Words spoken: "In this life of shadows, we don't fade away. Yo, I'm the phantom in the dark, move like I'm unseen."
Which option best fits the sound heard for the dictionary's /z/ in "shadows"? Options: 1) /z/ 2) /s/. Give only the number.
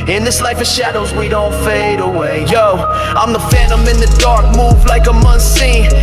1